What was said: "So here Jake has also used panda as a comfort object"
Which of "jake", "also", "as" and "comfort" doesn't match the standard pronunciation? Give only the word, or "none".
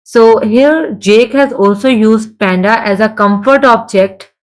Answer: none